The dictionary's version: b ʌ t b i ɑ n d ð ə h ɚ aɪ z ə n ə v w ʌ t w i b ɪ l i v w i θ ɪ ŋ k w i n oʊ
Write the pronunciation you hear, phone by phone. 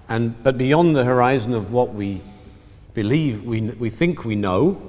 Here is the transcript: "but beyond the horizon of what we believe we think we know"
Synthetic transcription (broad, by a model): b ʌ t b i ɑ n ð ə h ɚ aɪ z ə n ə v w ʌ t w i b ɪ l i v w i θ ɪ ŋ k w i n oʊ